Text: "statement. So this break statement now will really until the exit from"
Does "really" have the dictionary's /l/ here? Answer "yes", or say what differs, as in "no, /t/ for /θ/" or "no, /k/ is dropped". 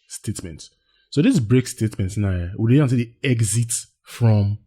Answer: no, /l/ is dropped